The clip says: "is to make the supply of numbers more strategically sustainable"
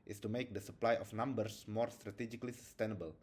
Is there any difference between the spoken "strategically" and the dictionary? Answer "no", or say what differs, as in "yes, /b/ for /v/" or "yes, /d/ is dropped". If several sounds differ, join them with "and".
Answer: no